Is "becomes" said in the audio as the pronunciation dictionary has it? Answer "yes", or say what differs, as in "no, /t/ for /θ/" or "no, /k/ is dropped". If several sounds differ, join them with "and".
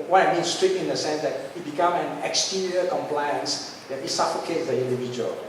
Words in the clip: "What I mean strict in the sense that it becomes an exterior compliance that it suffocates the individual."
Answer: no, /z/ is dropped